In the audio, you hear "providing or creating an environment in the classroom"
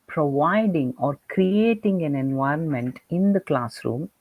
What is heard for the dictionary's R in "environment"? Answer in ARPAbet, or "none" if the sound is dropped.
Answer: R